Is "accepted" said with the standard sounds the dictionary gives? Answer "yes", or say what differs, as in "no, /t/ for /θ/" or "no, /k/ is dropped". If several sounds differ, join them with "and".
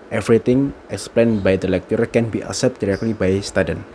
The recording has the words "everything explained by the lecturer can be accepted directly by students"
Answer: no, /k/ is dropped